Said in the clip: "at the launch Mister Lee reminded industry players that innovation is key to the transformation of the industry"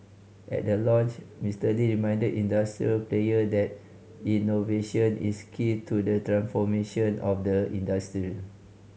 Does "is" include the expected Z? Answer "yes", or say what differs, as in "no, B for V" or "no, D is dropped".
no, S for Z